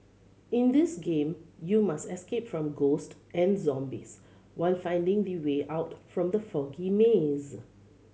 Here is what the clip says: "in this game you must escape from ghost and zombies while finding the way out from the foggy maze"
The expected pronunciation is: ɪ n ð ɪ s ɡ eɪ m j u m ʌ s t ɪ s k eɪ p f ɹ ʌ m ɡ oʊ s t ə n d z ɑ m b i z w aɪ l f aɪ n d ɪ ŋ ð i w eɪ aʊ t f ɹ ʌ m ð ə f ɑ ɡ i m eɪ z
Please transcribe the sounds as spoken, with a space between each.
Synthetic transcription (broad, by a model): ɪ n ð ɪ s ɡ eɪ m j u m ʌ s t ɪ s k eɪ p f ɹ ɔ m ɡ oʊ s t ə n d z ɑ m b i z w aɪ l f aɪ n d ɪ ŋ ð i w eɪ aʊ t f ɹ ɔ m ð ə f ɑ ɡ i m eɪ z